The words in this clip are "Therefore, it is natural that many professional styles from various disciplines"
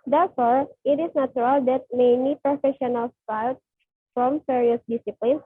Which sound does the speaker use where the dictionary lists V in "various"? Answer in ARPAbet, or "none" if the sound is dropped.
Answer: F